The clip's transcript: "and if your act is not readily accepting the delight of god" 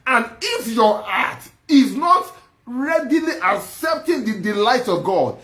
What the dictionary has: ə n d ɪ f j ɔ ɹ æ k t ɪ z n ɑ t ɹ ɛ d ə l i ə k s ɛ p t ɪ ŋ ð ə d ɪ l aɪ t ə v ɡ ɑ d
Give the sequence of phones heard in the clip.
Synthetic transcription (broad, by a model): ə n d ɪ f j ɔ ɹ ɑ t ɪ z n ɑ t ɹ ɛ d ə l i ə k s ɛ p t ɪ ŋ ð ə d ɪ l aɪ t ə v ɡ ɑ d